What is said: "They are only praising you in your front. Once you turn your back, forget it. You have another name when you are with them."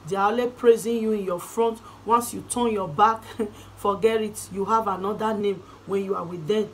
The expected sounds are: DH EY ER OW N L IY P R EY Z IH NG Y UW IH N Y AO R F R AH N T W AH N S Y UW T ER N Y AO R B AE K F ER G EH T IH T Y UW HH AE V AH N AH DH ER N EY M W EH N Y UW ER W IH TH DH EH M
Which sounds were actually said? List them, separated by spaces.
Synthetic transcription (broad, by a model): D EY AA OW L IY P R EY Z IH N Y UW IH N Y AO F R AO N T W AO N S Y UW T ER N Y AO B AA K F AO G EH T IH T Y UW HH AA V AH N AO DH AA N EY M W EH N Y UW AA W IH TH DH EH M